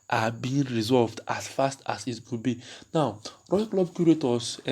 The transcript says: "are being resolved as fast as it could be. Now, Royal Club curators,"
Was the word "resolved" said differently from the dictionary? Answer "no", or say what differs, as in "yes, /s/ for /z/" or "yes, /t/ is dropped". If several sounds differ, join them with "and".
no